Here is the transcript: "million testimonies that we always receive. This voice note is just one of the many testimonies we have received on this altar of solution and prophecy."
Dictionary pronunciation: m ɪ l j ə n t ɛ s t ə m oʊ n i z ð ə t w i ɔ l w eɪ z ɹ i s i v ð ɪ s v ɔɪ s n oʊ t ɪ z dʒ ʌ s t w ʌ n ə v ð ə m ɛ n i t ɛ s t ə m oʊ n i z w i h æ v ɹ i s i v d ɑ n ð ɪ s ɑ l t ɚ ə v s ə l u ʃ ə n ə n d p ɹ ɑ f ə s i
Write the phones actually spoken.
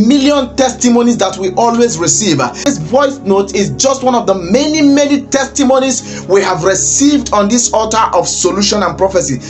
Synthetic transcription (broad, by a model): m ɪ l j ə n t ɛ s t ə m oʊ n i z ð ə t w i ɔ l w eɪ z ɹ i s i v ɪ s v ɔɪ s n oʊ t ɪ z dʒ ʌ s t w ʌ n ə v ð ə m ɛ n i t ɛ s t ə m oʊ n i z w i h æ v ɹ i s i v d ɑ n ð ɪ s ɑ t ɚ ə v s ə l u ʃ ə n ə n p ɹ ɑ f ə s i